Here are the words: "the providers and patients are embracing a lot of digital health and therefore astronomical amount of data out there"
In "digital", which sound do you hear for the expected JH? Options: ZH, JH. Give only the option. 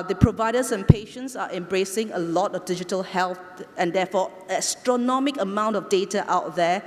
JH